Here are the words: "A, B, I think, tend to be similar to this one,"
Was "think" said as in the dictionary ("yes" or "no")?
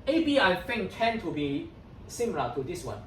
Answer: no